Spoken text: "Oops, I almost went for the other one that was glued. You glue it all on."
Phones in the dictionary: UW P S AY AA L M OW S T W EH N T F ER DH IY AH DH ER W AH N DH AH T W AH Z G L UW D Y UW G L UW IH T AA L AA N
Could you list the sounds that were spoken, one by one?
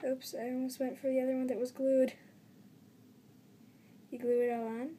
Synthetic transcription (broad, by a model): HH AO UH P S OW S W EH N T F ER DH IY AH DH ER W AH N DH AH T W AH Z G L UW D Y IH G L UW IH T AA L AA N